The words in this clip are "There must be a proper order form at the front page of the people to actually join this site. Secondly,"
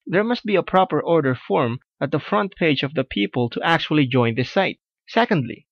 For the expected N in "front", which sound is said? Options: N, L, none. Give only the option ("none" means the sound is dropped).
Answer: N